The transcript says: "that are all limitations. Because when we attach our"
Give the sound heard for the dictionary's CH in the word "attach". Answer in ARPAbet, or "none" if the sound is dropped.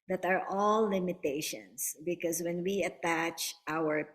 CH